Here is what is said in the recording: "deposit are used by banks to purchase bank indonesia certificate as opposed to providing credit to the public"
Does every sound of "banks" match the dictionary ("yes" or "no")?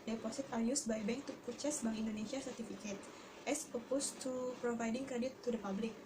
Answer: no